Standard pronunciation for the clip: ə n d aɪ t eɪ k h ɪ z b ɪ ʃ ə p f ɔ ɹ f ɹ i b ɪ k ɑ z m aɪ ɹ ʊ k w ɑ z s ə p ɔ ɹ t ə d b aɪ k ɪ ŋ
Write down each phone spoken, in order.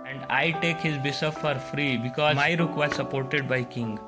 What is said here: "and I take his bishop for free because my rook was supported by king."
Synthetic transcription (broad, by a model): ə n d aɪ t eɪ k h ɪ z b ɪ s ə f ɔ ɹ f ɹ i b ɪ k ɑ z m aɪ ɹ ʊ k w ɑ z s ə p ɔ ɹ t ə d b aɪ k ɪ ŋ